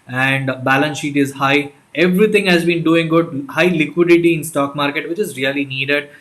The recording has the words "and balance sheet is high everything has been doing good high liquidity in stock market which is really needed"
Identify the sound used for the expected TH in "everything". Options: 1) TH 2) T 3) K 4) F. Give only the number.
2